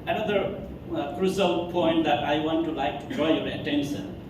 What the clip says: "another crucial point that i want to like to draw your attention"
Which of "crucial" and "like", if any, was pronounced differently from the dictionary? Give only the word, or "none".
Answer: crucial